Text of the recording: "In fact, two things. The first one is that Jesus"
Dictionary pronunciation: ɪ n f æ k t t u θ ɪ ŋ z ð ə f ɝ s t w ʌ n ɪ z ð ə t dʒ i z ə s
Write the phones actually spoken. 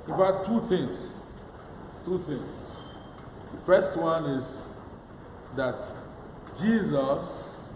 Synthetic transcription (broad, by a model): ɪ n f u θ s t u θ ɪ ŋ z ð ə f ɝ s t w ʌ n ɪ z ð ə t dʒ i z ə s